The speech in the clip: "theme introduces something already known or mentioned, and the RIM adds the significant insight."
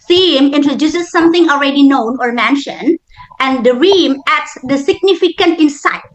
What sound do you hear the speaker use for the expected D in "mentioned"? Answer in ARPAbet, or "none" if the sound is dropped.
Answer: D